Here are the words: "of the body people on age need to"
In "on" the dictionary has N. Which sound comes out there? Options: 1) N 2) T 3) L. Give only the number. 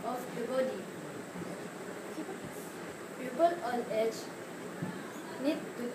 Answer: 3